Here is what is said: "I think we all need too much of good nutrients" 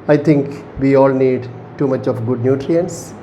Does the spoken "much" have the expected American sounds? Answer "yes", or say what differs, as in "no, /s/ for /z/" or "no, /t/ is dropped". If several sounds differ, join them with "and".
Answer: yes